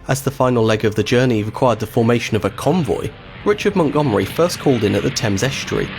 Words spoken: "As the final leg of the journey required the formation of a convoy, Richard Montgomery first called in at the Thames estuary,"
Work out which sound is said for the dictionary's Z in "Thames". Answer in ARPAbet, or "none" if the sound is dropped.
Z